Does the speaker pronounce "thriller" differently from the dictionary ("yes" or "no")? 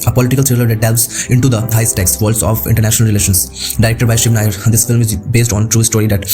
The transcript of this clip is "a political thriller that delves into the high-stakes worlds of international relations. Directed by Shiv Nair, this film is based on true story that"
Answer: yes